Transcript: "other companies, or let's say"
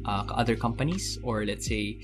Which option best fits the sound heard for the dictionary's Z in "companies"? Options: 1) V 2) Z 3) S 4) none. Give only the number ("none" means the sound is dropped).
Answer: 3